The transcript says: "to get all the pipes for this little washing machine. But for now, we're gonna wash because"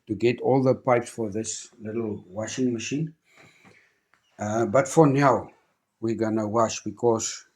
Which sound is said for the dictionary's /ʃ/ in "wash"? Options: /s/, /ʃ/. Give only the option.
/ʃ/